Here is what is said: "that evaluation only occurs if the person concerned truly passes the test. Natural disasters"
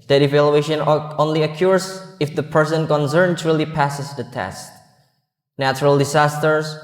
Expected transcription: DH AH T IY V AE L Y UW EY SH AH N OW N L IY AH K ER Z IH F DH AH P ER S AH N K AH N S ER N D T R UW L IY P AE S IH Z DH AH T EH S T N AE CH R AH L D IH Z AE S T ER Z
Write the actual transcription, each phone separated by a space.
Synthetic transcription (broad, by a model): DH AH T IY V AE L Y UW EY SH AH N OW N L IY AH K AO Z IH F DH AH P ER S AH N K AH N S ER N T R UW L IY P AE S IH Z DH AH T EH S T N AE CH R AH L D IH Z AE S T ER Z